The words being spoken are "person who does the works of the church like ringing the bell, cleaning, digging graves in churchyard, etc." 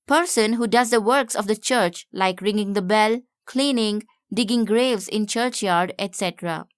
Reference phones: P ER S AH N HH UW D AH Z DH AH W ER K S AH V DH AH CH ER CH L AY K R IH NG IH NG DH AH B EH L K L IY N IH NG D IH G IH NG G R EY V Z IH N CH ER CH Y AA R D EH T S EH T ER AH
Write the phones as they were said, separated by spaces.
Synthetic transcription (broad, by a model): P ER S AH N HH UW D AH Z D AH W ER K S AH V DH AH CH ER CH L AY K R IH NG IH NG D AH B EH L K L IY N IH NG D IH G IH NG G R EY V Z IH N CH ER CH Y AA R D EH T S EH T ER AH